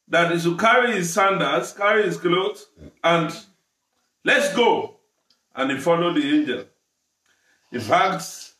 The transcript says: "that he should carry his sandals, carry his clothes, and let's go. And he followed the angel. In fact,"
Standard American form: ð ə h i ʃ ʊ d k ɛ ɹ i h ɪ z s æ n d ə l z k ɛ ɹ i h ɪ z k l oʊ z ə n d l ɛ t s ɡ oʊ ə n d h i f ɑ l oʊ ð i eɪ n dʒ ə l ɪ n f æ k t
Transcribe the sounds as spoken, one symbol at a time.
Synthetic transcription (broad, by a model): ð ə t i s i k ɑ ɹ i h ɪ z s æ n d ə z k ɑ ɹ i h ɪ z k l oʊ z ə n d l ɛ t s ɡ oʊ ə n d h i f ɑ l oʊ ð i eɪ n dʒ ə l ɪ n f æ k t